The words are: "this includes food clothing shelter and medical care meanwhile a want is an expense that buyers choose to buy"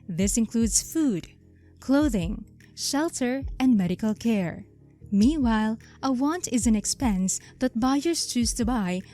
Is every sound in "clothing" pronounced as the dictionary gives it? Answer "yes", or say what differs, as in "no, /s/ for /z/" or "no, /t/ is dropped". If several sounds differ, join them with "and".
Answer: yes